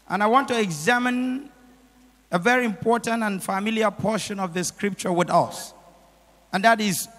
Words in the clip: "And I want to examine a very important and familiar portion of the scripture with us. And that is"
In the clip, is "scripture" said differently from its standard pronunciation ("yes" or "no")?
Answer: no